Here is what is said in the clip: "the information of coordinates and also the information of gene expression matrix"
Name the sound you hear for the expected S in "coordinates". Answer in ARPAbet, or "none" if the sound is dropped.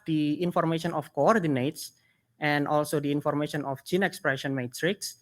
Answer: S